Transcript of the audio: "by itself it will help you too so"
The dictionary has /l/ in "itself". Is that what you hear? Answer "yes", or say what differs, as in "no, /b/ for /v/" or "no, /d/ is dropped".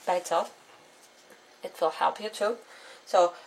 no, /l/ is dropped